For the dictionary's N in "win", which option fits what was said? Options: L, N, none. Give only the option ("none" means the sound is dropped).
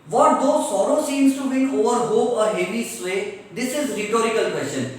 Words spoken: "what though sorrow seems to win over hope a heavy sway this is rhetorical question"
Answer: none